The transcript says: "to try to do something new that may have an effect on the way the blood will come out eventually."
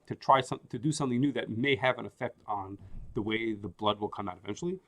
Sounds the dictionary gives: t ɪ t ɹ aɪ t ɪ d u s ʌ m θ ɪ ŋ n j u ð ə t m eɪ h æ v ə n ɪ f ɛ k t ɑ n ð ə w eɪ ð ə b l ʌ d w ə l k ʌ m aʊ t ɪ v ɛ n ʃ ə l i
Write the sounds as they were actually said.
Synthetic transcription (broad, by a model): t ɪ t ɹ aɪ t ɪ d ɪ s ʌ m θ ɪ ŋ n j u ð ə t m eɪ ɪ v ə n ɪ f ɛ k t n ð ə w eɪ ð ə b l ʌ d w ə l k ʌ m aʊ t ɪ v ɛ n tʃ l i